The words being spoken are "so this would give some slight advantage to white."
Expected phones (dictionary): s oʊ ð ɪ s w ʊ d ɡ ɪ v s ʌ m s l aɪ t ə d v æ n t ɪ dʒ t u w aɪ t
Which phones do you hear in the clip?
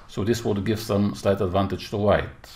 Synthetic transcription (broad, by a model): s oʊ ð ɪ s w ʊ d ɡ ɪ v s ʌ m s l aɪ t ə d v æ n t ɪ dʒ t u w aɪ t